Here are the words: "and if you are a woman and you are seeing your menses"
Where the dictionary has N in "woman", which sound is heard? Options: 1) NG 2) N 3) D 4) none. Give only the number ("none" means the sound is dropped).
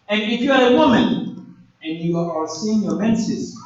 2